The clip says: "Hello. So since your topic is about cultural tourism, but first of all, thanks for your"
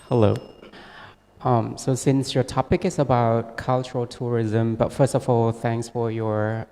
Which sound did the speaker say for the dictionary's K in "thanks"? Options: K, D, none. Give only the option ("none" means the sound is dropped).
K